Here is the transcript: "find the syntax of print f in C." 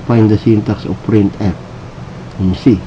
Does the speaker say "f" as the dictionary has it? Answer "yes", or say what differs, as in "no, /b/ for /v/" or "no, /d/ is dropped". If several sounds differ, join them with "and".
no, /p/ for /f/